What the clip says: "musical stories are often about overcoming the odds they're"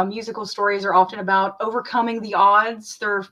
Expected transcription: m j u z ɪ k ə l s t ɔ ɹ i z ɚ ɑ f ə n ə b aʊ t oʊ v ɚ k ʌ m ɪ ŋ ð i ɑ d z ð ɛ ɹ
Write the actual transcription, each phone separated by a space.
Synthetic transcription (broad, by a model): m j u z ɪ k l s t ɔ ɹ i z ɚ ɑ f ə n ə b aʊ t oʊ v ɚ k ʌ m ɪ ŋ ð i ɑ d z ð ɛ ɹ